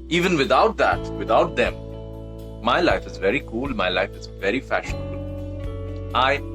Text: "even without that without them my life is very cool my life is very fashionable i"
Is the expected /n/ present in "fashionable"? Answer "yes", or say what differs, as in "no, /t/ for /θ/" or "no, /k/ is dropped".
yes